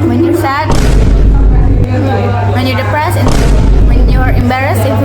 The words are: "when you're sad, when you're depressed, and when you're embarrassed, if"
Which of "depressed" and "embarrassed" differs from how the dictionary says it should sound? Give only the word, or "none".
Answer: depressed